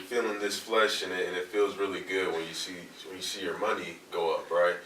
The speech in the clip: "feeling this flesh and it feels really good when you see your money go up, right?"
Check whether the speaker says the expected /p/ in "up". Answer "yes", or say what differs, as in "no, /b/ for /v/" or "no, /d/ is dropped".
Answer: yes